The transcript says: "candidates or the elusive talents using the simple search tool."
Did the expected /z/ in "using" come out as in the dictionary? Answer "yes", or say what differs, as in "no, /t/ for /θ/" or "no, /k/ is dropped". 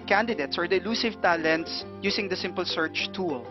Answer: no, /s/ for /z/